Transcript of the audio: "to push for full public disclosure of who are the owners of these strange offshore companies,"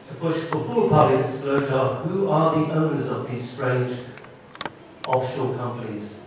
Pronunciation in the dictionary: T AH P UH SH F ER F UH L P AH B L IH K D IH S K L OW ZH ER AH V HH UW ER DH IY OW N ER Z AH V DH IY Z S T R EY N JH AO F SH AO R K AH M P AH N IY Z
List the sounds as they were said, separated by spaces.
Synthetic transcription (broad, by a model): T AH B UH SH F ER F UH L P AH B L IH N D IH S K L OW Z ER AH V HH UW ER DH IY OW N ER Z AH V DH IY Z S T R EY N JH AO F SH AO L K AH M P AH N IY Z